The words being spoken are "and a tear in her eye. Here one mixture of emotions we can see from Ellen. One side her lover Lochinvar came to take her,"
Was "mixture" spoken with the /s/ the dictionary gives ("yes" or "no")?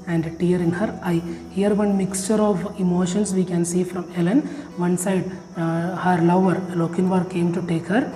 yes